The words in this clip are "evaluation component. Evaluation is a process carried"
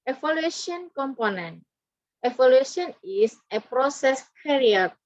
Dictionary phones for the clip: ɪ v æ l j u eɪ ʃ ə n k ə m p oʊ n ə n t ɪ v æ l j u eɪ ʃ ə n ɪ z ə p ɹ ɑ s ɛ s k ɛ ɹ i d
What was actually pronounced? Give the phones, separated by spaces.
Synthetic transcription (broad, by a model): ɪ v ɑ l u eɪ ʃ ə n k ə m p oʊ n ə n t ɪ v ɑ l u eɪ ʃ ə n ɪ s ə p ɹ ɑ s ɛ s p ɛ ɹ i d